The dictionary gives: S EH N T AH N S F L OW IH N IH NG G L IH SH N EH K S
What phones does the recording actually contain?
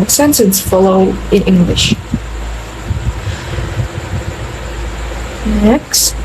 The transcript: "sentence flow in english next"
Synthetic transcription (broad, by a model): S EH N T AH N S F L OW IH N IH NG G L IH SH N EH K S